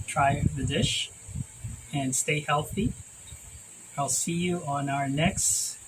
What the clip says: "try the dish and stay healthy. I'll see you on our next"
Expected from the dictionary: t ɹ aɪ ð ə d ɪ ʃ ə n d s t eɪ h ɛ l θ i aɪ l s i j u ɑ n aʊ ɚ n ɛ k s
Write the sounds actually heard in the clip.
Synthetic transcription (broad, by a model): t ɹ aɪ ð ə d ɪ ʃ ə n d s t eɪ h ɛ l θ i aɪ l s i j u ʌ n aʊ ɚ n ɛ k s